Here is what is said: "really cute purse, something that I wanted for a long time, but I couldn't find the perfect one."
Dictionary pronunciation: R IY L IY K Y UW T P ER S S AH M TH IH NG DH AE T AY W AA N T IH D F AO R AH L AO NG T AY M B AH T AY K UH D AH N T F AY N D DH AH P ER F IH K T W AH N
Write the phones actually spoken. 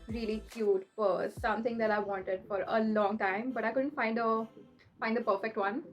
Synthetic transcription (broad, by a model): R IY L IY K Y UW T F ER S S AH M T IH NG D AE T AY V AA N T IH D F AO R AH L AO NG T AY M B AH T AY K UH D AH N T F AY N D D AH P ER F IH K T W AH N